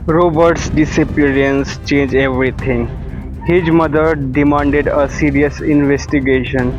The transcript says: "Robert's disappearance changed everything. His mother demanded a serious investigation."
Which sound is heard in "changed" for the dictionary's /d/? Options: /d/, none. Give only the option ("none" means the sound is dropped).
none